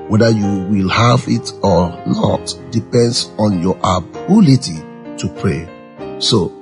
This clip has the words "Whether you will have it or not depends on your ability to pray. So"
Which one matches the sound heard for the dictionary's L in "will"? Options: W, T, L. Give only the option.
L